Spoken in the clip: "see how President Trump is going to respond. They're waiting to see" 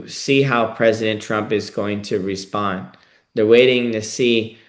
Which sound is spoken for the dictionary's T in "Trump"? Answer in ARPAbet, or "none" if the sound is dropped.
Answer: T